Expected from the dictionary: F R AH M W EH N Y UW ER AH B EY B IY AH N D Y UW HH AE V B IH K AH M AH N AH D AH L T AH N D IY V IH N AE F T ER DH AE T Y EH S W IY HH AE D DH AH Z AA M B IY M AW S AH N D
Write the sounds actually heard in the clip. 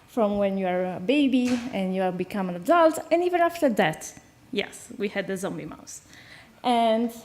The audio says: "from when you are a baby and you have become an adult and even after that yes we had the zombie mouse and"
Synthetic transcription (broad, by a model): F R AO M W EH N Y UW ER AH B EY B IY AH N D Y UW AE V B IH K AH M AH N AH D AH L T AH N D IY V IH N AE F T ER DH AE T Y EH S W IY HH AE D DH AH Z AA M B IY M AW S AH N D